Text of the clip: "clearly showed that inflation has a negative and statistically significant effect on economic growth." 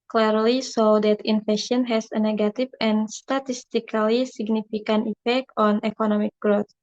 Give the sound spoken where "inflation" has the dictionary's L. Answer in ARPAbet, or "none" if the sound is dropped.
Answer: none